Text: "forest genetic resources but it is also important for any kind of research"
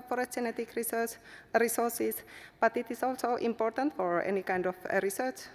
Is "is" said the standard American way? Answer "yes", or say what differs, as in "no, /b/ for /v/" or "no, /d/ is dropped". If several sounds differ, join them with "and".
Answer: no, /s/ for /z/